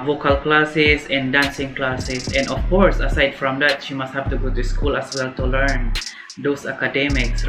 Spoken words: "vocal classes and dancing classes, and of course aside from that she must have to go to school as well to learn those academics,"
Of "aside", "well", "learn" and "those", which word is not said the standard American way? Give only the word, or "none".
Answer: those